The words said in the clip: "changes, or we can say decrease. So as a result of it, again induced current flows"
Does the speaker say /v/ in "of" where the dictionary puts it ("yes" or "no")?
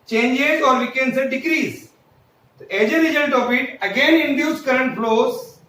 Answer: no